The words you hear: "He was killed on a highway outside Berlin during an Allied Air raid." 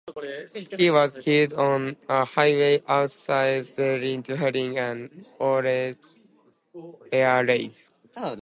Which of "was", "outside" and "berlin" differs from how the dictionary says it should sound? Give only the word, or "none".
berlin